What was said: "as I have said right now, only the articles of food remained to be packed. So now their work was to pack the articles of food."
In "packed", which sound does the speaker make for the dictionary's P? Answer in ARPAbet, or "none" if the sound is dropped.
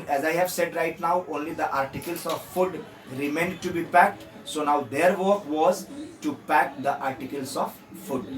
P